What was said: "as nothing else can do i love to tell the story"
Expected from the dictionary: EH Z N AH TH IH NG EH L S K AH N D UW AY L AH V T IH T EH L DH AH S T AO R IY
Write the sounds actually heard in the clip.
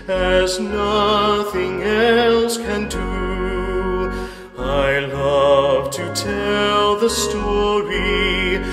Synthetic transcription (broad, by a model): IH Z N AH TH IH NG EH L S K AH N D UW AY L AH V T IH T EH L DH AH S T AO R IY